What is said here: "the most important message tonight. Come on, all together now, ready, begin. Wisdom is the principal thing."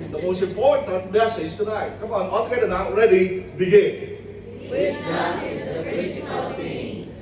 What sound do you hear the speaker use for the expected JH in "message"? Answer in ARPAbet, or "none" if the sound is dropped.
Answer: Z